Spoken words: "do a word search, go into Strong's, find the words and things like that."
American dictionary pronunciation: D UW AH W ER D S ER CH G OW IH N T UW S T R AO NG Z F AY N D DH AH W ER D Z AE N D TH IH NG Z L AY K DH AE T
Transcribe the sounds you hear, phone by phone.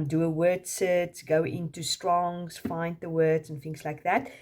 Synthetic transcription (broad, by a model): D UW AH W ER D S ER S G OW IH N T UW S T R AO NG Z F AY N D DH AH W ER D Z N TH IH NG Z L AY K DH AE T